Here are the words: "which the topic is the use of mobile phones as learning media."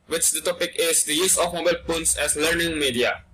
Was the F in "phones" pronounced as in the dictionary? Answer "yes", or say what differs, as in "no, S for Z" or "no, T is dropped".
no, P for F